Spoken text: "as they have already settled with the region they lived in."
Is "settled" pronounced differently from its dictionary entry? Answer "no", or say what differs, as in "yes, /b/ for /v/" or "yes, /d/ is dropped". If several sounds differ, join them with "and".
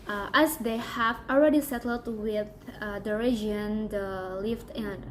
no